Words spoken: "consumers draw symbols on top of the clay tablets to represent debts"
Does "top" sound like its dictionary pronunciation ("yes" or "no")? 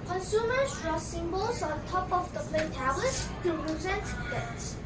yes